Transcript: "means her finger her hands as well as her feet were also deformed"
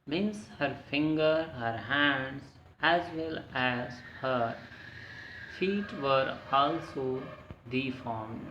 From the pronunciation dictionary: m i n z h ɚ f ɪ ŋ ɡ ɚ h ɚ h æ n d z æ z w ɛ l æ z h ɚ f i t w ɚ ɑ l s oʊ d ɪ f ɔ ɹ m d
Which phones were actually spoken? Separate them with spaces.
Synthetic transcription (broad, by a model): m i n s h ɚ f ɪ ŋ ɡ ɚ h ɚ h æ n d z æ z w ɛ l æ z h ɚ f i t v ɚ ɑ l s oʊ d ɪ f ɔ ɹ m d